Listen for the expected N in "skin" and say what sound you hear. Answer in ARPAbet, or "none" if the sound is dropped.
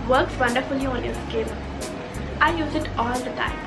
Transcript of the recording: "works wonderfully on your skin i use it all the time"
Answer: L